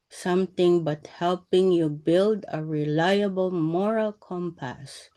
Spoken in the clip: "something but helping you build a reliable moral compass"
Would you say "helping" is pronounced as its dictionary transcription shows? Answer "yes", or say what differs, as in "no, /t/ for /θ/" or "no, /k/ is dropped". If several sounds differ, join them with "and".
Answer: yes